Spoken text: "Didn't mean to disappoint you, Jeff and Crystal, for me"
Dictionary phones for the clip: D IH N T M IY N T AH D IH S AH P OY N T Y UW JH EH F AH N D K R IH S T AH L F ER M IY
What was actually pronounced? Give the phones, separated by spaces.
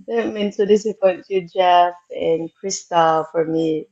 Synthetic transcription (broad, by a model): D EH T M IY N S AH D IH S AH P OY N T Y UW JH EH F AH N K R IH S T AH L F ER M IY